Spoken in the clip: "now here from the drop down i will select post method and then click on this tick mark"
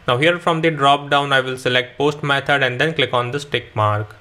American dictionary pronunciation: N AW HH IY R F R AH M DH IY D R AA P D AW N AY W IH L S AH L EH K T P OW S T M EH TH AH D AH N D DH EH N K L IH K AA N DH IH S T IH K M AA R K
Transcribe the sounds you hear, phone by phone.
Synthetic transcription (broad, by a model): N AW HH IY R F R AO M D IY D R AA P D AW N AY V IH L S AH L EH K T P OW S T M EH T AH D AH N D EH N K L IH K AA N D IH S T IH K M AA R K